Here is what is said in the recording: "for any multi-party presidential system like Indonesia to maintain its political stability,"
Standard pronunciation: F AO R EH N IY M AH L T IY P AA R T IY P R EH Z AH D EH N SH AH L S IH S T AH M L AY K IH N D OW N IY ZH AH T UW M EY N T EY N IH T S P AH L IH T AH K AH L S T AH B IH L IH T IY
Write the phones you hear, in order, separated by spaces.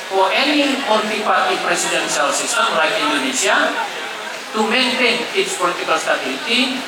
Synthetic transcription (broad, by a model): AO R EH N IY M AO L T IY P AA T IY P R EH S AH D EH N S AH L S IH S T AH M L AY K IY N D OW N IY S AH T UW M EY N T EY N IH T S P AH L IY T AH K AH L S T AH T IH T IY